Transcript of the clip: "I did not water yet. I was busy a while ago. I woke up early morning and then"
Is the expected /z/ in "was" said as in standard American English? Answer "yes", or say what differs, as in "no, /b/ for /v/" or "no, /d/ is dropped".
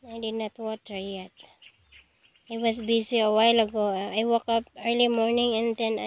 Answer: no, /s/ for /z/